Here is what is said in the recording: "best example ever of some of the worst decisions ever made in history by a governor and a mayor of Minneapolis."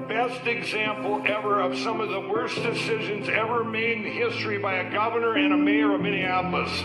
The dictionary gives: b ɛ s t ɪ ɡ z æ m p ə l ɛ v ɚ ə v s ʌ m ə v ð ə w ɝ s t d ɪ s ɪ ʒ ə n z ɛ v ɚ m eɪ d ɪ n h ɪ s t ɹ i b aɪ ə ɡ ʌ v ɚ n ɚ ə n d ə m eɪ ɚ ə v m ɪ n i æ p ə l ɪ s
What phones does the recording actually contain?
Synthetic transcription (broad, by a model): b ɛ s t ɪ ɡ z æ m p l ɛ v ɚ ə v s ʌ m ə v ð ə w ɝ s d ɪ s ɪ ʒ ə n z ɛ v ɚ m eɪ d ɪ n h ɪ s t ɹ i b aɪ ə ɡ ʌ v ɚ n ɚ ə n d ə m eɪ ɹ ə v m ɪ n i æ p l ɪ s